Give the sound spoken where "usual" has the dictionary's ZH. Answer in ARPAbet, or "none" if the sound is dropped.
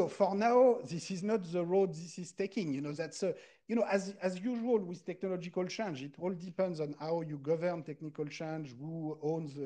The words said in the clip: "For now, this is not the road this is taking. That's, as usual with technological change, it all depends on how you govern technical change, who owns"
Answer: ZH